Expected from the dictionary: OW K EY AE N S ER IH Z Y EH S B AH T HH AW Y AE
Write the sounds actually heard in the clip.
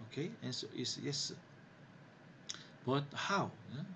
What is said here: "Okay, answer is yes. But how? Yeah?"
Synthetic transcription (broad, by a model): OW K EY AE N S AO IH S Y EH S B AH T HH AW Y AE